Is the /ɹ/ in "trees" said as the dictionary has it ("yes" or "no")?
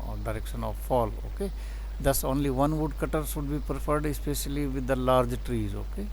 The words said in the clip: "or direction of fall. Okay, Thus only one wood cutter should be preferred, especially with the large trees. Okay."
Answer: yes